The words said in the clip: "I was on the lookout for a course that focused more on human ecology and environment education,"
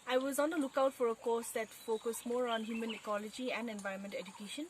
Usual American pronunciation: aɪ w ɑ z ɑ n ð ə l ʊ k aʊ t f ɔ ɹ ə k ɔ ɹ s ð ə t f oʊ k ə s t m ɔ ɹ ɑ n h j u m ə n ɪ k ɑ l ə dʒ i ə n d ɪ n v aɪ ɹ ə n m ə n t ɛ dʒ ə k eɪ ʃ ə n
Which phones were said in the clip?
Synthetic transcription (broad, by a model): aɪ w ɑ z ɑ n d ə l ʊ k aʊ t f ɔ ɹ ə k ɔ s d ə t f oʊ k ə s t m ɔ ɹ ɑ n h j u m ə n ɪ k ɑ l ə dʒ i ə n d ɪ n v aɪ ə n m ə n t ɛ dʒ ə k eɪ ʃ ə n